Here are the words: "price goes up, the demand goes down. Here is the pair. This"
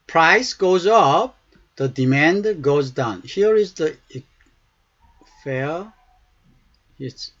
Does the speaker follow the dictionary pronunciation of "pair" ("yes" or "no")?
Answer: no